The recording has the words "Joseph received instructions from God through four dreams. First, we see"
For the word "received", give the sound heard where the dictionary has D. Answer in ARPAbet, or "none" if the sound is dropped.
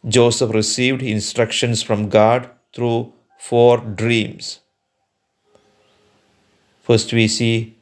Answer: D